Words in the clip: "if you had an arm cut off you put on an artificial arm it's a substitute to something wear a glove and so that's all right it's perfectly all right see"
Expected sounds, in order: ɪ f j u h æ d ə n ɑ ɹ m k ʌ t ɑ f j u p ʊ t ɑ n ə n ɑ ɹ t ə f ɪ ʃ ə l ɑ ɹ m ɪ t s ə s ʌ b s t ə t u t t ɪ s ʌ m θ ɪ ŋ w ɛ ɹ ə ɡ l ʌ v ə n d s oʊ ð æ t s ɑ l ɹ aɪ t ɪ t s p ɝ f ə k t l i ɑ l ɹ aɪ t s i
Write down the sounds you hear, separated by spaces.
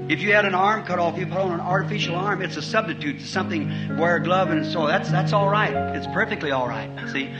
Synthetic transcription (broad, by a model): ɪ f j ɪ d ə n ɑ ɹ m k ʌ t ɑ f j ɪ p ʊ t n ə n ɑ ɹ t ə f ɪ ʃ l ɑ ɹ m ɪ t s ə s ʌ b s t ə t u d t ɪ s ʌ m θ ɪ ŋ w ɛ ɹ ə ɡ l ʌ v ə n s oʊ ð æ t s ɑ l ɹ aɪ t ɪ t s p ɝ f ə k t l i ɑ l ɹ aɪ t s i